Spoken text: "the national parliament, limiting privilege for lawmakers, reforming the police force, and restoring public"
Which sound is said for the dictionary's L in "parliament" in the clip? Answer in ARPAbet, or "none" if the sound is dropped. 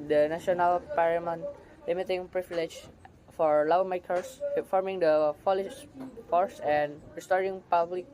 none